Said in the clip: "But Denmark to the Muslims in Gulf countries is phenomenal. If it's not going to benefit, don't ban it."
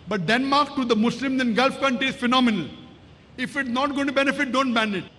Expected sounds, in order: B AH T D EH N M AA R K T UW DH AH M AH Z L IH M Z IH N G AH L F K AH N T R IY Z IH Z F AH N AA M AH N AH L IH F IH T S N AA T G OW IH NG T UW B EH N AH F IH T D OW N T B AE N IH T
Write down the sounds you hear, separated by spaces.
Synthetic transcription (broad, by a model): B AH T D EH N M AA R K T UW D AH M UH S L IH M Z IH N G AH L F K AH N T R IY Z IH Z F AH N AA M AH N AH L IH F IH T S N AA T G OW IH T UW B EH N AH F IH T D OW N T B AE N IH T